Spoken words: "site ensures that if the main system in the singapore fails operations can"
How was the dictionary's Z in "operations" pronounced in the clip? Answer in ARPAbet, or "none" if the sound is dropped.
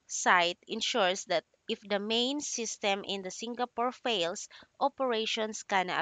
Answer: S